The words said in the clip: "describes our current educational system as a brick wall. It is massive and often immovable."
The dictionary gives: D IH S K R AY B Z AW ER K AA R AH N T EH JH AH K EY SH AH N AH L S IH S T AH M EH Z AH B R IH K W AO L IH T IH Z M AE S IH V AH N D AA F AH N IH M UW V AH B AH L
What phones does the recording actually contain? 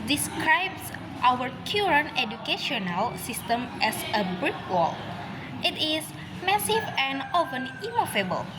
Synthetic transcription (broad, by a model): D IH S K R AY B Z AW ER K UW R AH N EH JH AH K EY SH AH N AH L S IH S T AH M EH S AH B R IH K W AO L IH T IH S M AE S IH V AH N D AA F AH N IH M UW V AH B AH L